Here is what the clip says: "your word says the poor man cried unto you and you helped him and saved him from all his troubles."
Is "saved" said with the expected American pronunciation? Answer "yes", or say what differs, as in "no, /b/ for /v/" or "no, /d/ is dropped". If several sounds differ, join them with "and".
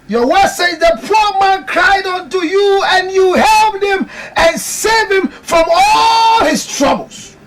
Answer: no, /d/ is dropped